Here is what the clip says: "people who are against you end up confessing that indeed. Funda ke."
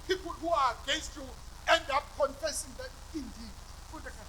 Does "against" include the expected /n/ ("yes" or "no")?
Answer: no